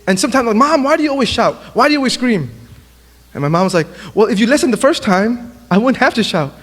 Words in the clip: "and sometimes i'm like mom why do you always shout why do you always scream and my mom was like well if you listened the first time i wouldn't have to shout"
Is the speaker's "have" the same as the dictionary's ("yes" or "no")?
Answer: no